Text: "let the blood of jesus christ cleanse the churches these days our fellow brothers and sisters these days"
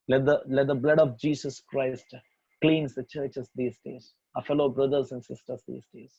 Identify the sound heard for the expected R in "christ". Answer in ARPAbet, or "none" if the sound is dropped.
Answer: R